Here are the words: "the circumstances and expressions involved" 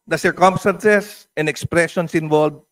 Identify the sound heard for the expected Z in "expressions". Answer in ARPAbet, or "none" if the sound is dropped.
S